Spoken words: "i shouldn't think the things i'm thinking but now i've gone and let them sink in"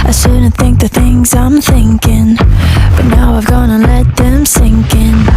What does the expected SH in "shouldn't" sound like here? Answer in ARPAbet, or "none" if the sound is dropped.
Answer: S